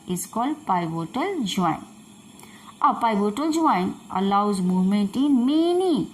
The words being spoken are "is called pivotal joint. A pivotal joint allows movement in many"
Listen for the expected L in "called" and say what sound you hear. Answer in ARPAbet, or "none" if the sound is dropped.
L